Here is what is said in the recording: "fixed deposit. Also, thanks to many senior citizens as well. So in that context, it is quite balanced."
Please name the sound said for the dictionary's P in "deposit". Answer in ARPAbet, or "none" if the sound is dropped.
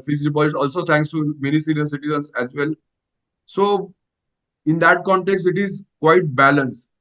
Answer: B